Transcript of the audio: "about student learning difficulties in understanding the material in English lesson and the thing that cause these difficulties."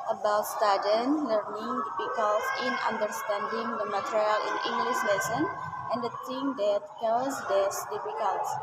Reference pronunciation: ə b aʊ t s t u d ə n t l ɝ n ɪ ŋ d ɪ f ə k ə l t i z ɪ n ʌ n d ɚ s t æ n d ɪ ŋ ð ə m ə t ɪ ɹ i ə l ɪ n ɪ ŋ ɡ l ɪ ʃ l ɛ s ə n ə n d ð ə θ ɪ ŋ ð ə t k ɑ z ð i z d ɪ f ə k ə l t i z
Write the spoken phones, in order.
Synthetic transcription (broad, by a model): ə b aʊ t s t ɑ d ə n l ɝ n ɪ ŋ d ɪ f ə k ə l s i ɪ n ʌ n d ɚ s t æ n d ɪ ŋ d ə m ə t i ɹ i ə l ɪ n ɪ ŋ ɡ l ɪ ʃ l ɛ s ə n ə n d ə t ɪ ŋ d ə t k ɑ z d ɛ s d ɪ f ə k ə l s